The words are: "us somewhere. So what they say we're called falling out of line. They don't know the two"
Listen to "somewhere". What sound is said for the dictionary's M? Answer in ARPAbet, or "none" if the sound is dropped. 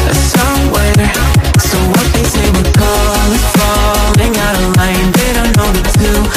none